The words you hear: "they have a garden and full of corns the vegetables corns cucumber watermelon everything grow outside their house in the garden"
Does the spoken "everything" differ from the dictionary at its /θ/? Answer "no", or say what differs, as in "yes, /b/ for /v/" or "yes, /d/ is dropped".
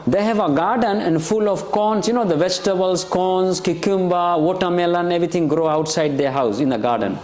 yes, /t/ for /θ/